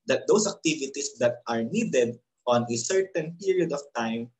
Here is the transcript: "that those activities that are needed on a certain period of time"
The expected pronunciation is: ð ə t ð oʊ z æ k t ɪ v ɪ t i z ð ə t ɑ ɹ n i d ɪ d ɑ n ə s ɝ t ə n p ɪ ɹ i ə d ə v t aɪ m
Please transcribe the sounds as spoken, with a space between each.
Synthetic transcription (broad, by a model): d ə t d oʊ s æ k t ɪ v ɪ t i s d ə t ɑ ɹ n i d ɪ d ɑ n ə s ɝ t ə n p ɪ ɹ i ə d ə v t aɪ m